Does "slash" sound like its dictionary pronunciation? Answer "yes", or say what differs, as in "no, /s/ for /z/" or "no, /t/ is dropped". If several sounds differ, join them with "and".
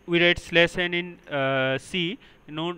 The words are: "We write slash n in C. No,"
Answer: no, /s/ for /ʃ/